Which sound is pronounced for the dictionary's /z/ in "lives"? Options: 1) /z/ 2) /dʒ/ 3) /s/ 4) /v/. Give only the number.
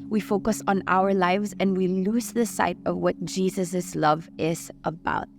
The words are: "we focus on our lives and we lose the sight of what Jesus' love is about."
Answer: 1